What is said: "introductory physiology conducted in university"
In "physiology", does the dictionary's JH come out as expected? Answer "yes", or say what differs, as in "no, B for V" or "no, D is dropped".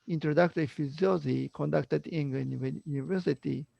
no, Z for JH